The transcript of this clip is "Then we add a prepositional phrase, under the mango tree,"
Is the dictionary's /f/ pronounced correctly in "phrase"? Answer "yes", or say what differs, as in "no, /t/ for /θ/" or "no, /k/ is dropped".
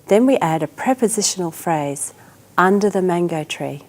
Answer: yes